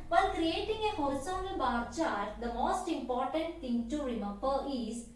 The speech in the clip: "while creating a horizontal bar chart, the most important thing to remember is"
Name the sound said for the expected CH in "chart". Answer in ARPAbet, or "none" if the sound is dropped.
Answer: CH